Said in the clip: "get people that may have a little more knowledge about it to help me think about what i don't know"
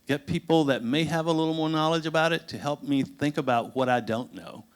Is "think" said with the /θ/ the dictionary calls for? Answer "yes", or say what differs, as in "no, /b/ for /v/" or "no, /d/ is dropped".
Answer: yes